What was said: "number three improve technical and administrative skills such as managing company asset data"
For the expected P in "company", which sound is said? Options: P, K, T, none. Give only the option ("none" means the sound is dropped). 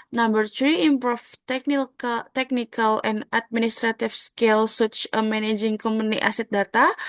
none